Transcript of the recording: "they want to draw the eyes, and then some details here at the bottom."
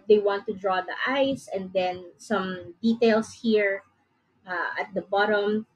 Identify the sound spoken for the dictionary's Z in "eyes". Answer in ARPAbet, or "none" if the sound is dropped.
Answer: S